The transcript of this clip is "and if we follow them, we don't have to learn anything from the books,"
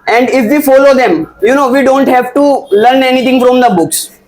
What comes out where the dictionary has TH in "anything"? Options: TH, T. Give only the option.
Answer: T